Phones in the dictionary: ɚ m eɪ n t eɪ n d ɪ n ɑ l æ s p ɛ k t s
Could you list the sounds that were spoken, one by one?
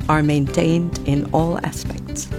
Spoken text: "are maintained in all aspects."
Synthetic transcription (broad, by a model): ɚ m eɪ n t eɪ n d ɪ n ɑ l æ s p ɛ k t s